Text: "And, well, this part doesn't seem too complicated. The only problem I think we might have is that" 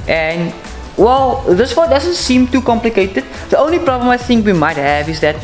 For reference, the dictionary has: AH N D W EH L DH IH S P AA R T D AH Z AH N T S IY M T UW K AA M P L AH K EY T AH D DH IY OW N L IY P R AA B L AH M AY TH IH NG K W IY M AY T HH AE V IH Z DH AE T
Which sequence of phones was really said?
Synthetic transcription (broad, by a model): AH N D W EH L DH IH S F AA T D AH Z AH N T S IY M T UW K AA M P L AH K EY T AH D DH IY OW N L IY P R AA B L AH M AY TH IH NG K W IY M AY T HH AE V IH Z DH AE T